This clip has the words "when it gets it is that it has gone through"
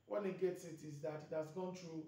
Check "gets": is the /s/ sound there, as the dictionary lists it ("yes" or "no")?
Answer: yes